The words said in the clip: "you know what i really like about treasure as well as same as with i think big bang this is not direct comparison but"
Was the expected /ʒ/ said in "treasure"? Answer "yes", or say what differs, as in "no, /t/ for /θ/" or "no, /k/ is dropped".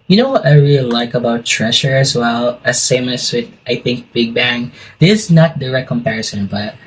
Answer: no, /ʃ/ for /ʒ/